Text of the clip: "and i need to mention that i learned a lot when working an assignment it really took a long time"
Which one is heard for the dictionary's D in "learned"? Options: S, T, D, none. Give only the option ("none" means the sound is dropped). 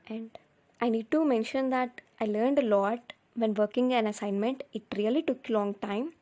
D